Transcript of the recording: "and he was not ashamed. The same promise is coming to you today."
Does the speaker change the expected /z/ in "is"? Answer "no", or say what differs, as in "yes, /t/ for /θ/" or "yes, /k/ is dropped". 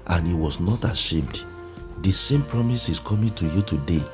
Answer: yes, /s/ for /z/